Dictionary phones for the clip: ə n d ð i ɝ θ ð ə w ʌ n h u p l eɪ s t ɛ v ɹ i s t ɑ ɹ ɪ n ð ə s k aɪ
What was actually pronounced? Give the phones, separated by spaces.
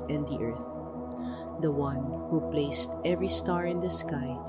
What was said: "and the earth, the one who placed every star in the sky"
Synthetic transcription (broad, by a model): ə n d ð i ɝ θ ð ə w ʌ n h u p l eɪ s t ɛ v ɹ i s t ɑ ɹ ɪ n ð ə s k aɪ